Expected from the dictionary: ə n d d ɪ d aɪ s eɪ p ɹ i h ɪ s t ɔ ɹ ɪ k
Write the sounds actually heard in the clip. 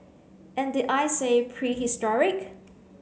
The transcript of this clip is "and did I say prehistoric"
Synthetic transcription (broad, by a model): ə n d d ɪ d aɪ s eɪ p ɹ i h ɪ s t ɔ ɹ ɪ k